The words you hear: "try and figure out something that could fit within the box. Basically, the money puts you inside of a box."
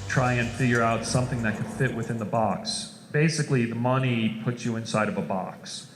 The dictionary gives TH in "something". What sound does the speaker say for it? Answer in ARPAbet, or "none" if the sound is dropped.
TH